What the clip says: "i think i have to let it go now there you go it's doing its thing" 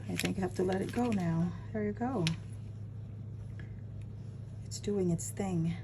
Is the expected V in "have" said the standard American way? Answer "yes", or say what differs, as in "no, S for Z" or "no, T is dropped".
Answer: no, F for V